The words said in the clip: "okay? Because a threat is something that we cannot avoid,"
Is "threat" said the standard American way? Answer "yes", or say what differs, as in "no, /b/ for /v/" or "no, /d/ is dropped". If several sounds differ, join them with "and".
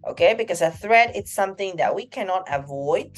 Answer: yes